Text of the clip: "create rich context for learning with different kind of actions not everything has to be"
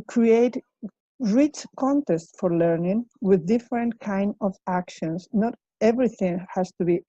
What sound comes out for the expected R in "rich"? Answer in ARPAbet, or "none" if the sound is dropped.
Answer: R